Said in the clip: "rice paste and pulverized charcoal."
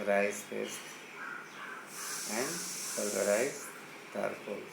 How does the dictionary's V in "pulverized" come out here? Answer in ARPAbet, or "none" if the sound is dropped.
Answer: none